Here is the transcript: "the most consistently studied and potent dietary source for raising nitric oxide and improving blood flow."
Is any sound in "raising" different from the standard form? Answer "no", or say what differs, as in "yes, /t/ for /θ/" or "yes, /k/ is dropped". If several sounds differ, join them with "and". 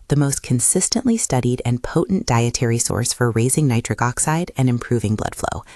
no